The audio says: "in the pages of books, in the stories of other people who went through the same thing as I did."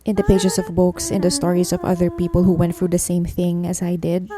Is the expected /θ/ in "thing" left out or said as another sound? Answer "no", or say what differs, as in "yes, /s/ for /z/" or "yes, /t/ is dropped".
no